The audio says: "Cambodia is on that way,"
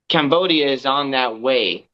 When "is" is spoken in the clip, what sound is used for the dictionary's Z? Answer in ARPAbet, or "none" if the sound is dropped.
Z